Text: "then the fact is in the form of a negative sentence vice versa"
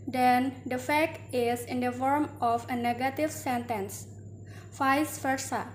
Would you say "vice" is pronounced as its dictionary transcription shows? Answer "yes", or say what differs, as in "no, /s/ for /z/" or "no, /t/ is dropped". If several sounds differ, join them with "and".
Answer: no, /f/ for /v/